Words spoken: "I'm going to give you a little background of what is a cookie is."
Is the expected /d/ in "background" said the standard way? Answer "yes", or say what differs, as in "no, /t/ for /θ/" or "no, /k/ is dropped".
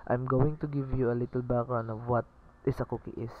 no, /d/ is dropped